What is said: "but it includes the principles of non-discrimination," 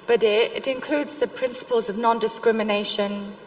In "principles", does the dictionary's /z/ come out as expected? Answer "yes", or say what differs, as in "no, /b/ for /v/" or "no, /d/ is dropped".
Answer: yes